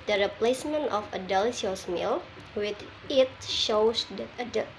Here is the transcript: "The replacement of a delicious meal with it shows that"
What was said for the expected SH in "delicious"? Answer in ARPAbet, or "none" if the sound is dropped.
none